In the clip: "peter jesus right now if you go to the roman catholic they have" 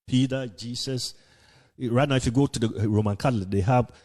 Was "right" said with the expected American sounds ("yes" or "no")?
yes